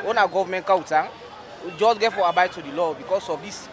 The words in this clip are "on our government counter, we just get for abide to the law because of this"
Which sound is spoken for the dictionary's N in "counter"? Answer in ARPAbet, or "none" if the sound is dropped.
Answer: none